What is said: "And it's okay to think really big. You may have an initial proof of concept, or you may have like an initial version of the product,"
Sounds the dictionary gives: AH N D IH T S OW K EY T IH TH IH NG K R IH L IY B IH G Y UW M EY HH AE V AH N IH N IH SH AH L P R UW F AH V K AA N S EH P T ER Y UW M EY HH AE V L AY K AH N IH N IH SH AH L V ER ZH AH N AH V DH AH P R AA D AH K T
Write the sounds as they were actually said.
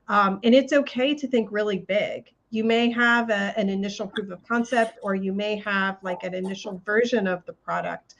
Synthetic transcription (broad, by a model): AH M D IH T S OW K EY T IH TH IH NG K R IH L IY B IH G Y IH M EY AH V AH N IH N IH SH L P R UW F AH V K AA N S EH P T ER Y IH M EY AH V L AY K AH N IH N IH SH L V ER ZH AH N AH V DH AH P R AA D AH K T